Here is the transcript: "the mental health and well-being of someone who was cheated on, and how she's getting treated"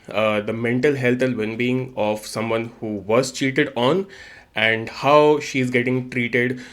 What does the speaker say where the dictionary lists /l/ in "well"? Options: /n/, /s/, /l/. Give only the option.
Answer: /n/